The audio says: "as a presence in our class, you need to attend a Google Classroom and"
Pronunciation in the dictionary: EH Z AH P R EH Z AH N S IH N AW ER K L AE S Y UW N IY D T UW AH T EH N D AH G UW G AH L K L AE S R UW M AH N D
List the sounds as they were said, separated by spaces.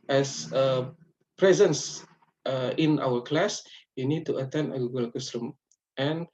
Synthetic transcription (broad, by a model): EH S AH P R EH Z AH N S IH N AW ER K L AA S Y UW N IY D T UW AH T EH N D AH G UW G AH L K UW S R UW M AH N